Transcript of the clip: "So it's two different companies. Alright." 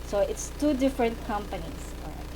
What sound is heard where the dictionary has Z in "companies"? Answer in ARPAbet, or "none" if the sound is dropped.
S